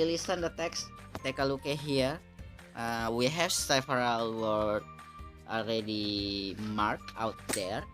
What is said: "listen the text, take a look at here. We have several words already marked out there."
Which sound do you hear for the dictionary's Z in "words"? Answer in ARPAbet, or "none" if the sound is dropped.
none